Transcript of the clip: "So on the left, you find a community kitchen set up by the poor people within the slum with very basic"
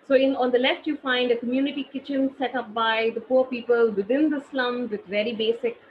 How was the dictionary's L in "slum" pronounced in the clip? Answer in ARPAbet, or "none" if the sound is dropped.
L